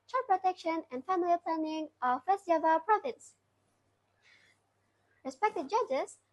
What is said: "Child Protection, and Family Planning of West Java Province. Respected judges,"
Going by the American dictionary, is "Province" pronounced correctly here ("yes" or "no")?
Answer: no